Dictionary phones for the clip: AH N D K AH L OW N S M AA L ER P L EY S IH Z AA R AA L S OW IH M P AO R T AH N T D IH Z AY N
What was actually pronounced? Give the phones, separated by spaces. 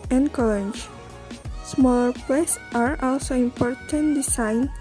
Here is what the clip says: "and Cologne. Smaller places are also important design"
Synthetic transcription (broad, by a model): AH N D K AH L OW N S M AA L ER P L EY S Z AA R AA L S OW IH M P AO R T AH N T D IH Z AY N